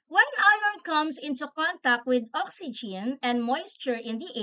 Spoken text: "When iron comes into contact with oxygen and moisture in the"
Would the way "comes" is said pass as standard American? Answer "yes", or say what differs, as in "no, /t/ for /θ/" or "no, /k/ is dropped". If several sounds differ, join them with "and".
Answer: no, /s/ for /z/